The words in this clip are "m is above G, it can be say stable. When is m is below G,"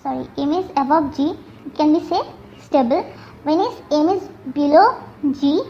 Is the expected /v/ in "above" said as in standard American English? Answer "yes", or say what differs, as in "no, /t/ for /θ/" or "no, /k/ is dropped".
no, /b/ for /v/